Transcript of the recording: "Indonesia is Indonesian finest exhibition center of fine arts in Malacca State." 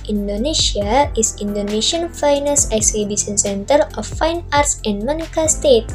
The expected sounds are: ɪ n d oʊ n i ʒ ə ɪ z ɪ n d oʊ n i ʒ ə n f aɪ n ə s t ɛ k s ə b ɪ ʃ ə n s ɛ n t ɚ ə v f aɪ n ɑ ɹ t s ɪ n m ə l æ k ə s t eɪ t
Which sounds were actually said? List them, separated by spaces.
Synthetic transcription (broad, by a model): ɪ n d oʊ n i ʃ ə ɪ s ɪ n d oʊ n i ʃ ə n f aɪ n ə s ɛ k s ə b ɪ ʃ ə n s ɛ n t ɚ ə f aɪ n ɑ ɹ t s ɪ n m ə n k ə s t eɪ t